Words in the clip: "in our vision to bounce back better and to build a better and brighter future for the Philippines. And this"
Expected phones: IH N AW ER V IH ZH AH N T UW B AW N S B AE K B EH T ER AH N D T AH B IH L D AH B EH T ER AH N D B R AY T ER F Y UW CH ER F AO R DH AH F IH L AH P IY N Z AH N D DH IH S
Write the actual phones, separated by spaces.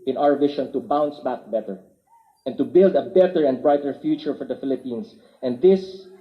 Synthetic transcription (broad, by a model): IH N AW ER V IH SH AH N T UW B AW N S B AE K B EH T ER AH N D T AH B IH L D AH B EH T ER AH N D B R AY T ER F Y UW CH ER F AO R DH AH F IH L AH P IY N S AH N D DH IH S